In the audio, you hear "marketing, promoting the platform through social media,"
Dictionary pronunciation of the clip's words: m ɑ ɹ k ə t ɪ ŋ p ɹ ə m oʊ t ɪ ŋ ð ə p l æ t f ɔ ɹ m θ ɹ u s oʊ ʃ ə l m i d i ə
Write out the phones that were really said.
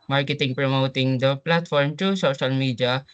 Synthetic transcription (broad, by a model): m ɑ ɹ k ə t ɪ ŋ p ɹ ə m oʊ t ɪ ŋ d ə p l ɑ t f ɔ ɹ m t ɹ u s oʊ ʃ ə l m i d i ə